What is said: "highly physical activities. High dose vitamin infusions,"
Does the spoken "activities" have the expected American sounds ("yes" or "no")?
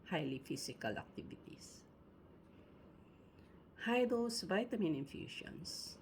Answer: no